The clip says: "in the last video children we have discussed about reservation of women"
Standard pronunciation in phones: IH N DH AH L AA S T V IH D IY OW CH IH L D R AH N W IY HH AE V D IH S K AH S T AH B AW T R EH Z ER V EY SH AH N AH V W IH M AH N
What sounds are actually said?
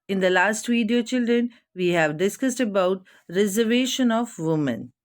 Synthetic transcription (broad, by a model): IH N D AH L AA S T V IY D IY OW CH IH L D R AH N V IY HH AE V D IH S K AH S T AH B AW T R EH Z ER V EY SH AH N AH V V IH M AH N